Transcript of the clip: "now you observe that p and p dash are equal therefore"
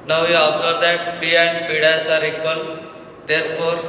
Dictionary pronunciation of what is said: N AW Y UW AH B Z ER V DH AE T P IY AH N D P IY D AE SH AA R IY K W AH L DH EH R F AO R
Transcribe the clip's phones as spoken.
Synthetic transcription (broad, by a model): N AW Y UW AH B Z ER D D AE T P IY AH N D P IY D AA S AA R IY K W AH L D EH R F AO R